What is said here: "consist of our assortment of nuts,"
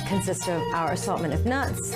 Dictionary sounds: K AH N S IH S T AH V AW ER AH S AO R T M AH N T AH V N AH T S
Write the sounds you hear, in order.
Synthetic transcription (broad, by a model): K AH N S IH S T AH V AW ER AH S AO L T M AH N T AH V N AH T S